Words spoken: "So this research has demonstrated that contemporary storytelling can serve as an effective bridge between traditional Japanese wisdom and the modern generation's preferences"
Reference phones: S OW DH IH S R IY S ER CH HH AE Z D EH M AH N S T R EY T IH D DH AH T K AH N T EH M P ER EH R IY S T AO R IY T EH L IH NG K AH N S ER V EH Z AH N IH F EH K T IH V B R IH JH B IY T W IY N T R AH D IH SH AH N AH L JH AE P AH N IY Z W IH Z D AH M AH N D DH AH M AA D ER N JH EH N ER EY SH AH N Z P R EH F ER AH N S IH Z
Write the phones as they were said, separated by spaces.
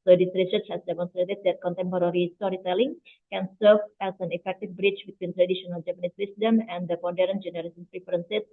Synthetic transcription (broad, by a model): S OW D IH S R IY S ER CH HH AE S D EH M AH N S T R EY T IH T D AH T K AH N T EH M P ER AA R IY S T AO R IY T EH L IH NG K AH N S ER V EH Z AH N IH F EH K T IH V B R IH CH B IY T W IY N T R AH D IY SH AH N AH L JH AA P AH N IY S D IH S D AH M AH N D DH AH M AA D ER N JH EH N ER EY S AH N P R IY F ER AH N S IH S